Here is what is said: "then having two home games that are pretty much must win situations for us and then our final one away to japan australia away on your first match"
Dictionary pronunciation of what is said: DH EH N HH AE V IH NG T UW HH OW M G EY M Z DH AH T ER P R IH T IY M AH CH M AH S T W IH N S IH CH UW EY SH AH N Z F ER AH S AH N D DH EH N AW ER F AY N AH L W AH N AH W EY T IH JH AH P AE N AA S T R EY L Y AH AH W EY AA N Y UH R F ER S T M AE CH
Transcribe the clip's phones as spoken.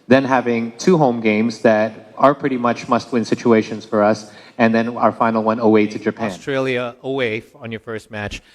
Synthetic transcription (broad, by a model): DH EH N HH AE V IH NG T UW HH OW M G EY M Z DH AH T ER P R IH T IY M AH CH M AH S T W IH N S IH CH UW EY SH AH N Z F ER AH S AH N DH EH N AW ER F AY N L W AH N AH W EY T IH JH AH P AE N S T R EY L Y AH AH W EY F N Y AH R F ER S T M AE CH